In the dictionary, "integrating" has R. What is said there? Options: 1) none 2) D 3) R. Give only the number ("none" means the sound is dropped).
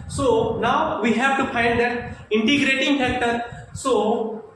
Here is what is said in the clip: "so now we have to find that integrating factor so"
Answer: 3